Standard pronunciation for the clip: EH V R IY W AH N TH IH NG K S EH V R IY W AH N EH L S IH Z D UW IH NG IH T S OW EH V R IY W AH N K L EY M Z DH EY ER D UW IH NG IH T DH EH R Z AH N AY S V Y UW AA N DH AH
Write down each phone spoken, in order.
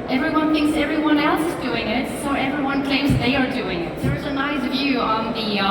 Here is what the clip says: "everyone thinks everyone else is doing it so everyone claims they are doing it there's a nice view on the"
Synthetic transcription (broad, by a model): EH V R IY W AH N TH IH NG K S EH V R IY W AH N EH L S IH Z D UW IH NG IH T S OW EH V R IY W AH N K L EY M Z DH EY ER D UW IH NG IH T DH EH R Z AH N AY S V Y UW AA N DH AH